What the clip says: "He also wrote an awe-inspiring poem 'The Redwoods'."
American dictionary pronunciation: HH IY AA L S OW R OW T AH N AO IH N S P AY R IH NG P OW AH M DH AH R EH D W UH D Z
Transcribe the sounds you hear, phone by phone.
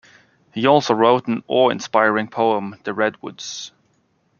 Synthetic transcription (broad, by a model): HH IY AA L S OW R OW T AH N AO IH N S P AY R IH NG P OW AH M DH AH R EH D W UH D Z